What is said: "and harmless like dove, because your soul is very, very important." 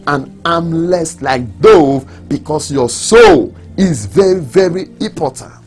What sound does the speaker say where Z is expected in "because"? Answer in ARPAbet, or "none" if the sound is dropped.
S